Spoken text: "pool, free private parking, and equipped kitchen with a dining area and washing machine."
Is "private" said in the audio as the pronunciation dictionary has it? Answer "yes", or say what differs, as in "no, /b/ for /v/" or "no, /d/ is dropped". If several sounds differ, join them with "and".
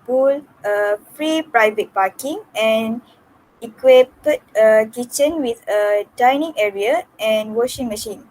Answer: yes